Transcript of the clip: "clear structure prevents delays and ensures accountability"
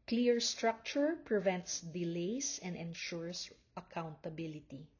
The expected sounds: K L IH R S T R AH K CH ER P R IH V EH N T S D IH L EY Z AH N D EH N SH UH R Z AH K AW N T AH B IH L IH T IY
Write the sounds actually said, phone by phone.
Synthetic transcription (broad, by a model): K L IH R S T R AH K CH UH P R IH V EH N T S D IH L EY S AH N D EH N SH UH R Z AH K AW N T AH B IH L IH T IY